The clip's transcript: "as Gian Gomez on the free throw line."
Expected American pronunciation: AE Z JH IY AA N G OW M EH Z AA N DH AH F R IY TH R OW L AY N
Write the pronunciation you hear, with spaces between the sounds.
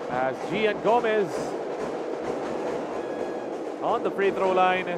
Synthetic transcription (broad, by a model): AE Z JH IY AA N G OW M EH Z AA N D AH P R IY T R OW L AY N